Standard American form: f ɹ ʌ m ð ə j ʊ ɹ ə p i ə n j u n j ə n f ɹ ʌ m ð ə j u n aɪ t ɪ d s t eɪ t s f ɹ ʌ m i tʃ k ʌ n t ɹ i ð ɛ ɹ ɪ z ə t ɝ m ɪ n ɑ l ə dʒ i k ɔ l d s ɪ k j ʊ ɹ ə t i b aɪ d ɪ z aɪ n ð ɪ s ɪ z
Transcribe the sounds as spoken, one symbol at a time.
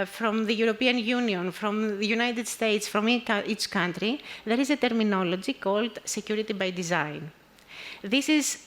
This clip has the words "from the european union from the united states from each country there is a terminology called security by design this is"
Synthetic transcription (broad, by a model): f ɹ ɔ m ð ə j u ɹ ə p i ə n j u n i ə n f ɹ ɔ m ð ə j u n aɪ t ɪ d s t eɪ t s f ɹ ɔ m i tʃ k ʌ n t ɹ i ð ɛ ɹ ɪ z ə t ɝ m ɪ n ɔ l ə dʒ i k ɔ l d s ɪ k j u ɹ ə t i b aɪ d ɪ z aɪ n ð ɪ s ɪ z